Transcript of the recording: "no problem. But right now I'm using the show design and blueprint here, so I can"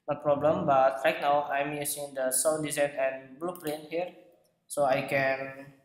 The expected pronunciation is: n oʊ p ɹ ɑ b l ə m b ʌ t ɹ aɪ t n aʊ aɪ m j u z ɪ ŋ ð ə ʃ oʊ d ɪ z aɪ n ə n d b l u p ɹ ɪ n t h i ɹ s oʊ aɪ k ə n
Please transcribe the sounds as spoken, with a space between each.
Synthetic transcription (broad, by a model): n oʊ p ɹ ɑ b l ə m b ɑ t ɹ aɪ t n aʊ aɪ m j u s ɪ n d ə s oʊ d ɪ z aɪ n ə n b l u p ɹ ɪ n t h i ɹ s oʊ aɪ k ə n